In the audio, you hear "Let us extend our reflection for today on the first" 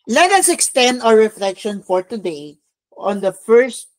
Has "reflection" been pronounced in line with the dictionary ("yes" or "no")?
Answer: yes